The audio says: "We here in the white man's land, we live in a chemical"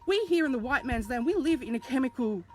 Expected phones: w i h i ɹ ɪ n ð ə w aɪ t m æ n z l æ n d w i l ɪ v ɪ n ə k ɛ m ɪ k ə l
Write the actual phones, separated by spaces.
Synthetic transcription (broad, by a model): w i h i ɹ ɪ n ð ə w aɪ t m æ n z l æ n w i l ɪ v ɪ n ə k ɛ m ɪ k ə l